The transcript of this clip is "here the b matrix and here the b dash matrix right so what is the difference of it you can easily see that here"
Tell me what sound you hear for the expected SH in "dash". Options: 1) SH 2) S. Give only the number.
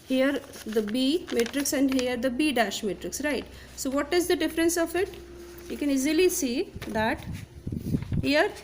1